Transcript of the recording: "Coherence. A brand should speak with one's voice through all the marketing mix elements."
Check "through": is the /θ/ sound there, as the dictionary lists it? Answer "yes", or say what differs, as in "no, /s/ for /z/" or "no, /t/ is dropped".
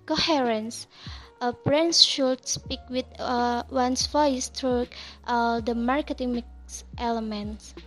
no, /t/ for /θ/